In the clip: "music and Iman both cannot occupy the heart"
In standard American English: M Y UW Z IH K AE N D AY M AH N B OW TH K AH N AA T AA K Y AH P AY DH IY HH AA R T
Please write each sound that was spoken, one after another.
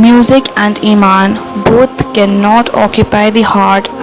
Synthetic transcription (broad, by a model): M Y UW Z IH K AE N D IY M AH N B OW T K AH N AA T AA K Y AH P AY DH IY HH AA R T